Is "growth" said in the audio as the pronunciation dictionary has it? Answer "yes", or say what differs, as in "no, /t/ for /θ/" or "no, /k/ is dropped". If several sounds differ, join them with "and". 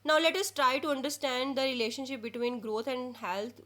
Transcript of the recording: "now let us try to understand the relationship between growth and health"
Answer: no, /t/ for /θ/